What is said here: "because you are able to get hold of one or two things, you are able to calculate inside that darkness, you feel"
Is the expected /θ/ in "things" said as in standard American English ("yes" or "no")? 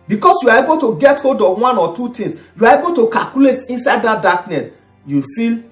no